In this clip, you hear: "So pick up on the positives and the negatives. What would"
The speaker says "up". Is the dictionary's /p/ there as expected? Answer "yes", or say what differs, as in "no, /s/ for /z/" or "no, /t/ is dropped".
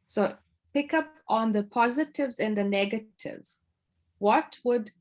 yes